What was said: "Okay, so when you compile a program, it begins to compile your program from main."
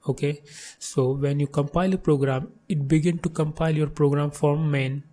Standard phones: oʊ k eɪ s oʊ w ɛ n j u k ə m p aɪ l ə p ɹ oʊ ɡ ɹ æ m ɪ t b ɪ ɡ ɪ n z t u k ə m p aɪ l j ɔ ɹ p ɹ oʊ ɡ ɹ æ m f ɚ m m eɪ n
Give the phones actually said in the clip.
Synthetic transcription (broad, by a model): oʊ k eɪ s oʊ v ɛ n j u k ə m p aɪ l ə p ɹ oʊ ɡ ɹ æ m ɪ t b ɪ ɡ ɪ n t u k ə m p aɪ l j ɔ ɹ p ɹ oʊ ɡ ɹ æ m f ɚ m m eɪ n